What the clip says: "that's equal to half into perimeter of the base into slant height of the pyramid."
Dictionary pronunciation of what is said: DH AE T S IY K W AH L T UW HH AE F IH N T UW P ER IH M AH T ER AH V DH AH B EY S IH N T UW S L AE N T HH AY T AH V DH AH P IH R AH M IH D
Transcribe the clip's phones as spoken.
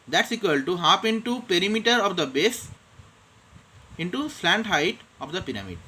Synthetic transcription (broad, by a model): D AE T S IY K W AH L T UW HH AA P IH N T UW P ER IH M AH T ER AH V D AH B EY S IH N T UW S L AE N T HH AY T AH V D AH P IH R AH M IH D